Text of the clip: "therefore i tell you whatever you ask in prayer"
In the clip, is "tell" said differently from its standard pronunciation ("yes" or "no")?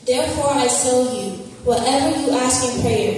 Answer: yes